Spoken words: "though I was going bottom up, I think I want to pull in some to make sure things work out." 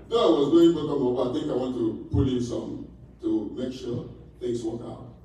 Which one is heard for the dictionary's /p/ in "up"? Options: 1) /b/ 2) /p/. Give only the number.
1